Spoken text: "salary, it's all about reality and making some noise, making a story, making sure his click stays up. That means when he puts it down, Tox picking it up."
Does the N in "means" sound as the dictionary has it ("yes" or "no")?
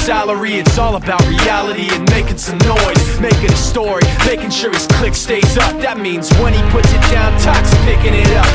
yes